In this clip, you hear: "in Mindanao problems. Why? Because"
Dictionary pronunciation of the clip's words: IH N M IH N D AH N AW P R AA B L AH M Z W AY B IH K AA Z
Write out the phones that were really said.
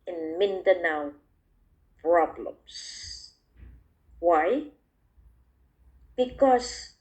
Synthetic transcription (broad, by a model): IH N M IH N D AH N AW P R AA B L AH M S W AY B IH K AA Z